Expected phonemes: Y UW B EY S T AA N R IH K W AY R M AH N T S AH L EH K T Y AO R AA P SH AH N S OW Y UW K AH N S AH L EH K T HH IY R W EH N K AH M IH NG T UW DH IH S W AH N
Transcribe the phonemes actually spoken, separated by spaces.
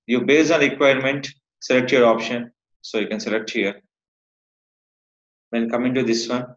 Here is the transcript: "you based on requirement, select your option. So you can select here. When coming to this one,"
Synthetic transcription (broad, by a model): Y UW B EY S AA N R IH K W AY R M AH N T S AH L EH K T Y AO R AA P SH AH N S OW Y UW K AH N S AH L EH K T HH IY R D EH N K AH M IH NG T UW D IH S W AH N